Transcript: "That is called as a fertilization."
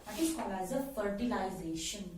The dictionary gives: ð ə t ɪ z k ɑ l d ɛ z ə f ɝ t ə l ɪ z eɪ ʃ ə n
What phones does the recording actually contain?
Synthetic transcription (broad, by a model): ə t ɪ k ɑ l ɑ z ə f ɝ t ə l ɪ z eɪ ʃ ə n